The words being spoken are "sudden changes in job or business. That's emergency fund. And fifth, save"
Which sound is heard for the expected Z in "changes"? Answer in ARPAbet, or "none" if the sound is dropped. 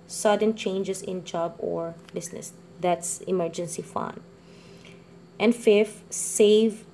S